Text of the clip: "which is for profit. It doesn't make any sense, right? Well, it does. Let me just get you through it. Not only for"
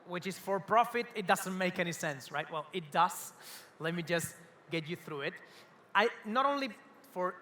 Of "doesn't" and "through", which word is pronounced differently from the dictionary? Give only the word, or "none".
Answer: none